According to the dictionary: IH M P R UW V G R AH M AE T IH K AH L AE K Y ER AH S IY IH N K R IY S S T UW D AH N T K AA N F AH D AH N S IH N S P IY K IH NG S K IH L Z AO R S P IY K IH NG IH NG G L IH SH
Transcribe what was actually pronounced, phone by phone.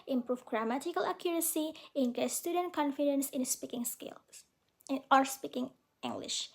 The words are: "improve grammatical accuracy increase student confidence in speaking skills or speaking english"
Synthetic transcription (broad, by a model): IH M P R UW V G R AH M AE T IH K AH L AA K Y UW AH S IY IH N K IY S S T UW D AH N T K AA N F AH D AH N S IH N S P IY K IH NG S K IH L AO R S P IY K IH NG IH NG G L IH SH